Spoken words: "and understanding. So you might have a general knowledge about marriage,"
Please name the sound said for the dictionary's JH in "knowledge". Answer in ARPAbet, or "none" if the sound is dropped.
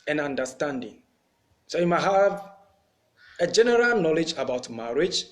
JH